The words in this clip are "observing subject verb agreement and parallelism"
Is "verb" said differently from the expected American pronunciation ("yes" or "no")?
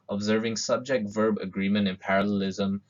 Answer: no